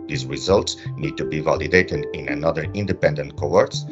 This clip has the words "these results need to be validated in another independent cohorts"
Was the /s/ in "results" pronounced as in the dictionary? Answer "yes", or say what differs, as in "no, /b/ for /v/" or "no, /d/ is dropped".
yes